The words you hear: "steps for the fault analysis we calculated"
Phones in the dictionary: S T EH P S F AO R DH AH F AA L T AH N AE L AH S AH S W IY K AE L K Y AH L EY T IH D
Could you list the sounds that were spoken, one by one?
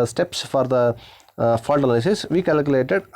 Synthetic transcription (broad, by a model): S T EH P S F AO R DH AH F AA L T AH L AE AH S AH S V IY K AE L K Y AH L EY T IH D